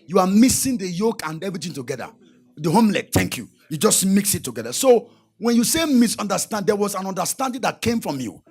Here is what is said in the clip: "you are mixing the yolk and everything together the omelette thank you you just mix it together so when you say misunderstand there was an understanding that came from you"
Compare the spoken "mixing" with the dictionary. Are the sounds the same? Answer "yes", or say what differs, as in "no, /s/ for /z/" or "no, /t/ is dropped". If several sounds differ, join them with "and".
no, /k/ is dropped